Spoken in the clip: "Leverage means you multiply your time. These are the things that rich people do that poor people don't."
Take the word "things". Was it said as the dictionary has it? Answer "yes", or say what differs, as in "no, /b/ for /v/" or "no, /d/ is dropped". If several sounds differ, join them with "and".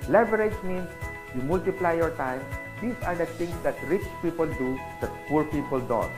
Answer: no, /t/ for /θ/